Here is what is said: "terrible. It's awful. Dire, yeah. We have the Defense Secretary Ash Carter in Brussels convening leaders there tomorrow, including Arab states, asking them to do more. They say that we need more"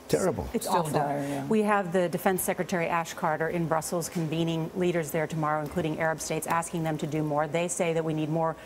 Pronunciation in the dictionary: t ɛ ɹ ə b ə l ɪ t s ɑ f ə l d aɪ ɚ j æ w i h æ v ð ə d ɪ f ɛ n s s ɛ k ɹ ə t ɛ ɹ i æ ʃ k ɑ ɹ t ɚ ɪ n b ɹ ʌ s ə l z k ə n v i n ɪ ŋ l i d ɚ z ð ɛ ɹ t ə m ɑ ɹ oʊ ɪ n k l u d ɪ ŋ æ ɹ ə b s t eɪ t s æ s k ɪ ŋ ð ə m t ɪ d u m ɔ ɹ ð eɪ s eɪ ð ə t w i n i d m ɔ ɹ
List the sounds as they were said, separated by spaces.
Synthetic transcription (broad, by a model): t ɛ ɹ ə b l ɪ t s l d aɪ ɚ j w i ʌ v ð ə d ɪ f ɛ n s s ɛ k ɹ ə t ɛ ɹ i æ ʃ k ɑ ɹ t ɚ ɪ n b ɹ ʌ s l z k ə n v i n ɪ ŋ l i d ɚ z ð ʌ ɹ t ə m ɑ ɹ oʊ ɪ n k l u d ɪ ŋ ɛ ɹ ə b s t eɪ t s æ s k ɪ ŋ ð ə m t ɪ d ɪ m ɔ ɹ ð eɪ s eɪ ð ə t w i n i d m ɔ ɹ